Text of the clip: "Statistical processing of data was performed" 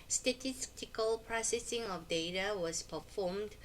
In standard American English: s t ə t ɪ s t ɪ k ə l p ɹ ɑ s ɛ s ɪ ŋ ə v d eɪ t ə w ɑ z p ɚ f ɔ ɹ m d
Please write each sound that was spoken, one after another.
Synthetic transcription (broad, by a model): s t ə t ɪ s t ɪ k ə l p ɹ ɑ s ɛ s ɪ ŋ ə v d eɪ t ə w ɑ s p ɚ f ɔ m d